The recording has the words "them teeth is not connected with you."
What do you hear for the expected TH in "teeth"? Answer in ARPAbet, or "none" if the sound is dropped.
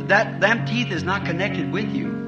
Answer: TH